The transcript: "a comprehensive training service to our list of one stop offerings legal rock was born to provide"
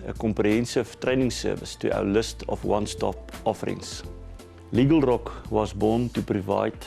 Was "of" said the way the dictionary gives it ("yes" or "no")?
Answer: no